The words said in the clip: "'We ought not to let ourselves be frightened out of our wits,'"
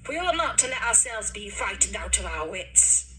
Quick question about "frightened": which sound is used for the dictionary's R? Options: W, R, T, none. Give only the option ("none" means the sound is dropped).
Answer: none